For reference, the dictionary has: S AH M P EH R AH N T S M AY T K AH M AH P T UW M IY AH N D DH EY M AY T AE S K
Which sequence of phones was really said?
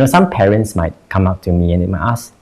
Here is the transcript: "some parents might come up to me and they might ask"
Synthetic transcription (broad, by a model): S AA M P EH R AH N T S M AY T K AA M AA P T UW M IY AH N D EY M AY T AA S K